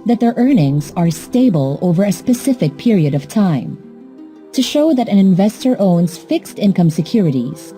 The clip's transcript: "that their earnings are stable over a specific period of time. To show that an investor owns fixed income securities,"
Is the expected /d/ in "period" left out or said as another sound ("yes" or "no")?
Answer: no